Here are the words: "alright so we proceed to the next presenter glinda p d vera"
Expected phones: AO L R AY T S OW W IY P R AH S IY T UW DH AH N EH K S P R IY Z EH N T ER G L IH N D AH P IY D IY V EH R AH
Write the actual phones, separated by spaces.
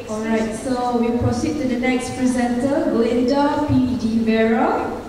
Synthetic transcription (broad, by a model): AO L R AY T S OW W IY P R AH S IY T UW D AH N EH K S P R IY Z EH N T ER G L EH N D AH P IY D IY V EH R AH